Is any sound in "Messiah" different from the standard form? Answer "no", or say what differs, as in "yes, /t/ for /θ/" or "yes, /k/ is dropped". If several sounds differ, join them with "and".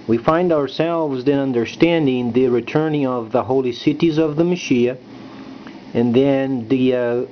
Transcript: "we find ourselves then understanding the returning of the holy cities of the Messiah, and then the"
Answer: yes, /ʃ/ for /s/